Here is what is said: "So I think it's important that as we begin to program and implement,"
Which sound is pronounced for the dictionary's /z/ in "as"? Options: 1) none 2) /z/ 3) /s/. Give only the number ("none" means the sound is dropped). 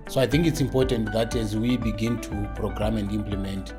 2